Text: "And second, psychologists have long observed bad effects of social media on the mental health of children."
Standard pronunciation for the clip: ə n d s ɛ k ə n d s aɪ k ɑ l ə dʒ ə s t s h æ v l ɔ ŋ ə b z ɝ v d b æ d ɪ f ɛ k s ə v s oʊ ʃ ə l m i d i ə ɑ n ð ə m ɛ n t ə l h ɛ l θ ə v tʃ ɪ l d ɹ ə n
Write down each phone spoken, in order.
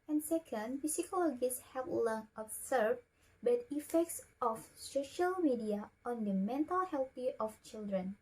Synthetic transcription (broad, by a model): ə n s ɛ k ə n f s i k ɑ l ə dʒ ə s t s h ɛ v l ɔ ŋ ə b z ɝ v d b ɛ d ɪ f ɛ k s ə f s oʊ ʃ ə l m i d i ə ɑ n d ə m ɛ n t ə l h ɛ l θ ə f tʃ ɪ l d ɹ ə n